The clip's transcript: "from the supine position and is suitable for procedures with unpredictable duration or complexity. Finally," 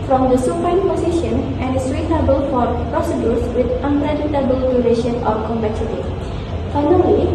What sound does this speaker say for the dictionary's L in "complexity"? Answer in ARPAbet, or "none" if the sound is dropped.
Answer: none